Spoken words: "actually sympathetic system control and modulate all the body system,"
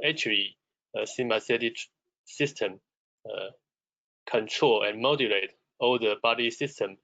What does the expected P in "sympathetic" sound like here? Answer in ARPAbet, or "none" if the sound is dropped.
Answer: none